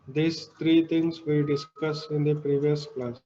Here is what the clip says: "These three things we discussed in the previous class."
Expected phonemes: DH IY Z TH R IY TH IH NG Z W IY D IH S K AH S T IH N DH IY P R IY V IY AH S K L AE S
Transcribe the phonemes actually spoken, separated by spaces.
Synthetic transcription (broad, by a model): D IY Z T R IY T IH NG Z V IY D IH S K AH S IH N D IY P R IY V IY AH S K L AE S